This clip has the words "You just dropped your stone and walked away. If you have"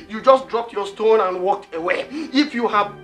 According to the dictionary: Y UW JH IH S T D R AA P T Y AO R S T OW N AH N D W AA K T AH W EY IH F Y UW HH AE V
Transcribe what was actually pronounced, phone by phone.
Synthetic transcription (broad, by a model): Y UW JH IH S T D R AA P T Y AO S T OW N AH N W AA K T AH W EY IH F Y UW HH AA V